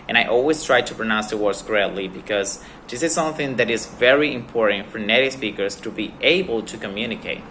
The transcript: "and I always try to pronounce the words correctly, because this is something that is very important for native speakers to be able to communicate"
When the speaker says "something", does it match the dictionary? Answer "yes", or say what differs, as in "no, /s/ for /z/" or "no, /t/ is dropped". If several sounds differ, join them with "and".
yes